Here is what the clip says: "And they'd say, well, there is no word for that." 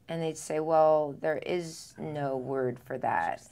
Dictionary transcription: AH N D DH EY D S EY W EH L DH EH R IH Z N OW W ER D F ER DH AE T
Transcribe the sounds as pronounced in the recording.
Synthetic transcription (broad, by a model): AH N DH EY D S EY W EH L DH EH R IH Z N OW W ER D F ER DH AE T